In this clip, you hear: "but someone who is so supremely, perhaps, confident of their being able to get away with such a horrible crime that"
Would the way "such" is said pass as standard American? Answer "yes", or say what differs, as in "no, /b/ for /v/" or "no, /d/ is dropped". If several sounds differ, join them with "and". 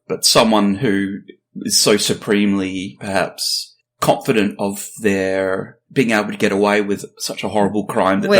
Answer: yes